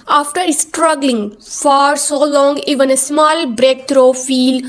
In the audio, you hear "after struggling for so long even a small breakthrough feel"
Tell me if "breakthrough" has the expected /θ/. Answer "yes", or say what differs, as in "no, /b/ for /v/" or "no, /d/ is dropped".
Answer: no, /t/ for /θ/